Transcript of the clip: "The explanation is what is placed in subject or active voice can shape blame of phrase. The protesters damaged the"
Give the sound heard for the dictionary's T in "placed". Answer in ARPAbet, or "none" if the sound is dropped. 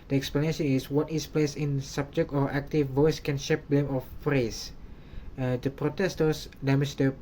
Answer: none